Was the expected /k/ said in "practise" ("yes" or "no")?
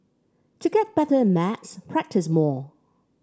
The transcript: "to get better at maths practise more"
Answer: yes